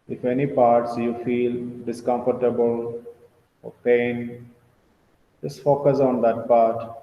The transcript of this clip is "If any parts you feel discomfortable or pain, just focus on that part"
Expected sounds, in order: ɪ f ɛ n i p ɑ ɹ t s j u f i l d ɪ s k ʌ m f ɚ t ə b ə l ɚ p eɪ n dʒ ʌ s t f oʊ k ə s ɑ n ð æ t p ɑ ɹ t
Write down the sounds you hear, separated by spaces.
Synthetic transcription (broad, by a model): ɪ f ɛ n i p ɑ ɹ t s j u f i l d ɪ s k ʌ m f ɚ t ə b ə l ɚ p eɪ n dʒ ʌ s t f oʊ k ə s ɑ n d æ t p ɑ ɹ t